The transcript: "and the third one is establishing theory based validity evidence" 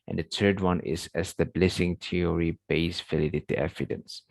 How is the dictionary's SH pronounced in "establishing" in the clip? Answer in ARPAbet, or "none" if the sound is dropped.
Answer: S